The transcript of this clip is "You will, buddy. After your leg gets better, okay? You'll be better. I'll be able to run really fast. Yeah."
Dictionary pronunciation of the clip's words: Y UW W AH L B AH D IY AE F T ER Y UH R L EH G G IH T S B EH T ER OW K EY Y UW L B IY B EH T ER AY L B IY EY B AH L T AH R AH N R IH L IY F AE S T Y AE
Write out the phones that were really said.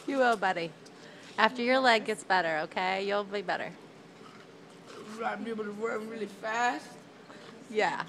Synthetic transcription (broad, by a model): Y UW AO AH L B AH D IY AE F T ER Y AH R L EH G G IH T S B EH T ER OW K EY Y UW L B IY B EH T ER AY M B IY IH B L T AH W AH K R IH L IY F AE S T Y AE